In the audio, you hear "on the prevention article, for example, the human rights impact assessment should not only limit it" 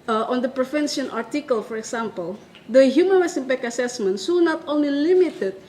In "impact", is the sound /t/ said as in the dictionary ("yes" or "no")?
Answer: no